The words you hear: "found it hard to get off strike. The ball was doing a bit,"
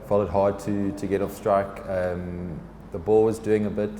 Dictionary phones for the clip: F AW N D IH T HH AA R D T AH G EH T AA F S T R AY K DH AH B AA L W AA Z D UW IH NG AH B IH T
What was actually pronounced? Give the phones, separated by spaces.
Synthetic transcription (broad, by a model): F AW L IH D HH AA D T T AH G EH T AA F S T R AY K DH AH B AA L W AA Z D UW IH NG AH B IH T